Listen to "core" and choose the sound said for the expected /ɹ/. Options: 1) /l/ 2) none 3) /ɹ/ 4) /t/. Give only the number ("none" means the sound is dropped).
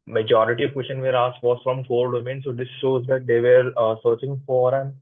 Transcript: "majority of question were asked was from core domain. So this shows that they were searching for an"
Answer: 1